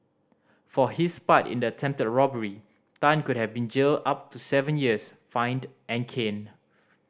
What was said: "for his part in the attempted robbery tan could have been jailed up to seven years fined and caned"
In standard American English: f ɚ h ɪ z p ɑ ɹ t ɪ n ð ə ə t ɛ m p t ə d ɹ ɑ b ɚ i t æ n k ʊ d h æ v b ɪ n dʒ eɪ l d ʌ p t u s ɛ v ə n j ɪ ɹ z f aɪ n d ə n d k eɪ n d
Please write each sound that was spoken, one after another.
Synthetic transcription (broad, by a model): f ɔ h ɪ s p ɑ t ɪ n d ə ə t ɛ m p t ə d ɹ ɑ b ɚ i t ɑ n k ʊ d h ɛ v b ɪ n dʒ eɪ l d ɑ p t u s ɛ v ə n j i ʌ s f aɪ n d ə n k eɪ n